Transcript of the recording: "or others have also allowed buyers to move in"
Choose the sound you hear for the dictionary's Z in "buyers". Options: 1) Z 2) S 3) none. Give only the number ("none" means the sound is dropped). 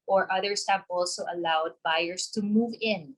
2